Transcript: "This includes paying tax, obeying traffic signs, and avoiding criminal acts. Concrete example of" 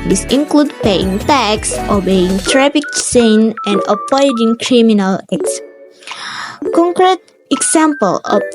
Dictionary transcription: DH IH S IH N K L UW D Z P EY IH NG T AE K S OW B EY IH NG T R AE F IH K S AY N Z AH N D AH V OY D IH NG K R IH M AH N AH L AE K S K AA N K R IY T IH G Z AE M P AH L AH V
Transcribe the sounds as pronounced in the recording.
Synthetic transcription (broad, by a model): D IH S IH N K L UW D P EY IH NG T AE K S OW B EY IH NG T R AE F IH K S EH N AH N D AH P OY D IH NG K R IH M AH N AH L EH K S K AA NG K R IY T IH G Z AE M P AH L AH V